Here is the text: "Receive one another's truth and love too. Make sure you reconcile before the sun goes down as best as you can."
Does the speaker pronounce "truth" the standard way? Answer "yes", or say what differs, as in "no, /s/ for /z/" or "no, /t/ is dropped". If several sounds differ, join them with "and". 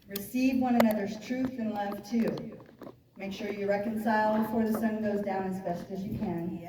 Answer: yes